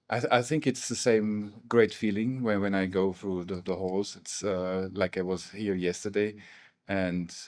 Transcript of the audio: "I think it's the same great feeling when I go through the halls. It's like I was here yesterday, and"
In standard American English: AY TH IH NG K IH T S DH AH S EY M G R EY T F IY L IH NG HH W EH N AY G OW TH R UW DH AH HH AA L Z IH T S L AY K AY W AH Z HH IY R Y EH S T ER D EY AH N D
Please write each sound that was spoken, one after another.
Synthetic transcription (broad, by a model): AY TH IH NG K IH T S DH AH S EY M G R EY T F IY L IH NG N W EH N AY G OW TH R UW DH AH HH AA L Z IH T S L AY K AY W AH Z HH IY R Y EH S T ER D EY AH N